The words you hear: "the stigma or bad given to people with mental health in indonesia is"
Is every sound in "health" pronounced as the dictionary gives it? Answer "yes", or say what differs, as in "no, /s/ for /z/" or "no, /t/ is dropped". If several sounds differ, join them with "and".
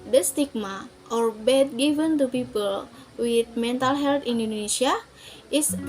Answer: no, /t/ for /θ/